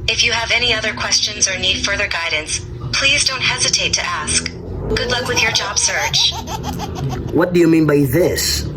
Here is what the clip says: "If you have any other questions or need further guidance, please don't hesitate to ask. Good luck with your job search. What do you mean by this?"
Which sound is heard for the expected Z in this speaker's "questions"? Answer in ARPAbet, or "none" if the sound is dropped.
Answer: Z